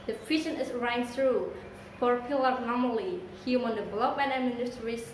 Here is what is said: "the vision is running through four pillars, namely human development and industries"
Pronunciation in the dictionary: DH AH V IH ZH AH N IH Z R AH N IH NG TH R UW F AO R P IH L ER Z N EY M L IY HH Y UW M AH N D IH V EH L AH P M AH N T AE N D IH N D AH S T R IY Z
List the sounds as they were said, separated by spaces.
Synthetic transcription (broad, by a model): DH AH F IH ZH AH N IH S R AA IH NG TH R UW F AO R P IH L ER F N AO M L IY HH Y UW M AH N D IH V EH L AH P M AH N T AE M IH N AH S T R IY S